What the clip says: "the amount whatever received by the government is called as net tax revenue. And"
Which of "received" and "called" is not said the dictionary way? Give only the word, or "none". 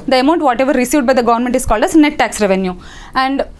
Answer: none